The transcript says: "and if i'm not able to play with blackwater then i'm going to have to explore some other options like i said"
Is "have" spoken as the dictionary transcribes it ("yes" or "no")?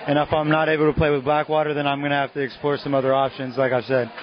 no